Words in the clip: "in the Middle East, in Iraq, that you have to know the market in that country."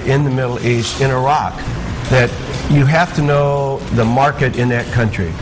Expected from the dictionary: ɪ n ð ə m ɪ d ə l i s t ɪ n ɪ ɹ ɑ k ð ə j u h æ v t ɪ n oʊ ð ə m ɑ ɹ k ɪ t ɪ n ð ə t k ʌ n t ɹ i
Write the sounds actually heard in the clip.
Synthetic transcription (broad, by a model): ɪ n ð ə m ɪ d l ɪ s t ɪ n ɪ ɹ ɑ k ð ə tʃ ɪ h æ f t ɪ n oʊ ð ə m ɑ ɹ k ɪ t ɪ n ð ə t k ʌ n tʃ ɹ i